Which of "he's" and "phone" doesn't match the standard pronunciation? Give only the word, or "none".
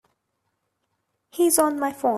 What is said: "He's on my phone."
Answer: phone